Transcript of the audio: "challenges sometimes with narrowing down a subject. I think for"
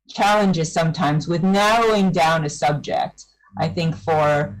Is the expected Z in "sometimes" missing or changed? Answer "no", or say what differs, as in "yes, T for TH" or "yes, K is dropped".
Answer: no